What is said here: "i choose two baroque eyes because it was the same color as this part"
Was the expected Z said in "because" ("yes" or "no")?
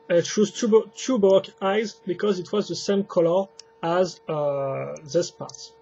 yes